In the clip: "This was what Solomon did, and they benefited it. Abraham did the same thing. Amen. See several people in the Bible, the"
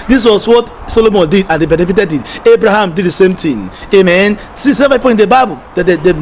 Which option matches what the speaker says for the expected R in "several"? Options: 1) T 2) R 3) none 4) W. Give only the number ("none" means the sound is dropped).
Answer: 3